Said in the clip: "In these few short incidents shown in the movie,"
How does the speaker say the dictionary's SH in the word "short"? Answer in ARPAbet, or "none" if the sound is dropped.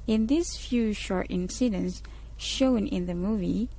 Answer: SH